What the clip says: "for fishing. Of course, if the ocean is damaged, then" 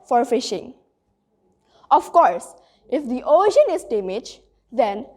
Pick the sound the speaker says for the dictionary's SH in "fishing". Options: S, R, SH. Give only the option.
SH